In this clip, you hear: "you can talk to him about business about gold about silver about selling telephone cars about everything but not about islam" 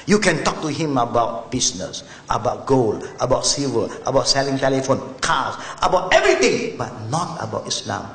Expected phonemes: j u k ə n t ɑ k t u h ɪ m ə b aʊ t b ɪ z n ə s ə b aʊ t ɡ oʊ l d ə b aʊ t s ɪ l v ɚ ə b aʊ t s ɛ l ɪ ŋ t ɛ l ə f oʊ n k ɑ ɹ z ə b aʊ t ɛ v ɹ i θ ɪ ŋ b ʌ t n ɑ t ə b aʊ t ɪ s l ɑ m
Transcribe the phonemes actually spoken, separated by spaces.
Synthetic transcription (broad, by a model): j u k ə n t ɑ k t u h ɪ m ə b aʊ t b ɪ s n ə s ə b aʊ t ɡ oʊ l ə b aʊ t s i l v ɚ ə b aʊ t s ɛ l ɪ ŋ t ɛ l ə f oʊ n k ɑ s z ə b aʊ t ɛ v ɹ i t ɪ ŋ b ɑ t n ɑ t ə b aʊ t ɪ s l ɑ m